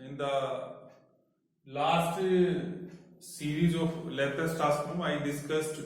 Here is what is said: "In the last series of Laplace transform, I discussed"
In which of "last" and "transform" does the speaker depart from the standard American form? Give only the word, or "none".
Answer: transform